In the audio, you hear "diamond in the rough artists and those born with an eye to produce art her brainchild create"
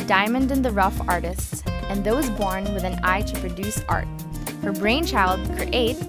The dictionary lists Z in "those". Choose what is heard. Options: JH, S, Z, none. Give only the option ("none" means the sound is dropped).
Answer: Z